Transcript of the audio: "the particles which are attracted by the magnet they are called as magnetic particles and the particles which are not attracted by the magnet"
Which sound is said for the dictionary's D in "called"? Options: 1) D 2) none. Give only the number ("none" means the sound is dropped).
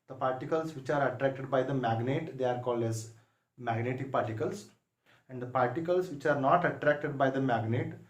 1